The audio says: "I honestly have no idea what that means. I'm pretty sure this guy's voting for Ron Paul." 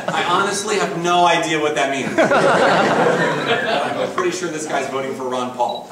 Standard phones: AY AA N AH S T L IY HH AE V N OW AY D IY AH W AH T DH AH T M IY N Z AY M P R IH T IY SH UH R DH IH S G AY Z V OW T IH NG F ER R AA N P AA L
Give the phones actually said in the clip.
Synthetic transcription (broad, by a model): AY AA N AH S T L IY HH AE V N OW AY D IY AH W AH T DH AH T M IY N Z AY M P R IH T IY SH UH R DH IH S G AY Z V OW T IH NG F ER R AA N P AA L